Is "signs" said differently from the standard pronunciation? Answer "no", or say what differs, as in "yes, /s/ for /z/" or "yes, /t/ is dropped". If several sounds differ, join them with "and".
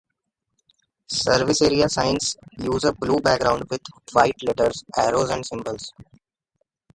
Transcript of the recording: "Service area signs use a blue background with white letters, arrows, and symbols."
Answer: yes, /s/ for /z/